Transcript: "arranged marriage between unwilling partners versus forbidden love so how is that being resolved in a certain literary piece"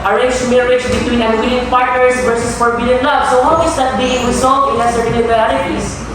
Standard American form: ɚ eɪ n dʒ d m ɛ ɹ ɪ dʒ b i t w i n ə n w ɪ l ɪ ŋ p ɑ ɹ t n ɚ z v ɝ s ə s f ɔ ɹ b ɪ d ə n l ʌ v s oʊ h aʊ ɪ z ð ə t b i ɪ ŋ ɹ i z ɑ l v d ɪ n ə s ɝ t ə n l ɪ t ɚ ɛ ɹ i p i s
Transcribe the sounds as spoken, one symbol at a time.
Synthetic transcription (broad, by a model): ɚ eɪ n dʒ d m ɛ ɹ ɪ dʒ b i t w i n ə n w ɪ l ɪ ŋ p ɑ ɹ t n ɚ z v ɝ s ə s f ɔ ɹ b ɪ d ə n l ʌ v s oʊ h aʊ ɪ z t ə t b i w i s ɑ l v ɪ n ə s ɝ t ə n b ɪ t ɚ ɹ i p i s